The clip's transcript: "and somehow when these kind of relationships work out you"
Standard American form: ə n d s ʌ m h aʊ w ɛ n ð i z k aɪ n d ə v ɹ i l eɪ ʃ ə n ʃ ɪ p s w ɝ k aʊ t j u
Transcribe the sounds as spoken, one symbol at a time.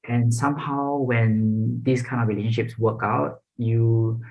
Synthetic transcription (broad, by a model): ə n s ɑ m h aʊ w ɛ n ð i s k aɪ n d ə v ɹ i l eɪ ʃ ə n ʃ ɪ p s w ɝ k aʊ t j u